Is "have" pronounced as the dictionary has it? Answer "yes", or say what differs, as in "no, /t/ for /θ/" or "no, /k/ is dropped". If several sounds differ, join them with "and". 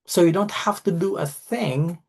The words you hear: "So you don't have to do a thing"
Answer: no, /f/ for /v/